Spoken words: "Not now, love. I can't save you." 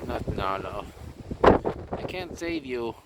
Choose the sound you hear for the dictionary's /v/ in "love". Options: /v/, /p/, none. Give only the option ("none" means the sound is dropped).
none